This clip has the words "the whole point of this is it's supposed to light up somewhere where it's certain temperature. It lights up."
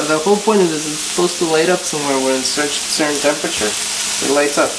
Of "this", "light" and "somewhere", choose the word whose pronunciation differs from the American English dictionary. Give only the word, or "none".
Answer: this